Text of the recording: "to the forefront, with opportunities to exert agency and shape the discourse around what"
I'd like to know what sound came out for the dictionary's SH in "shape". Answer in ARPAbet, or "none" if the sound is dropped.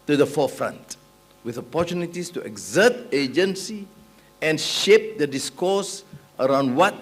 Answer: SH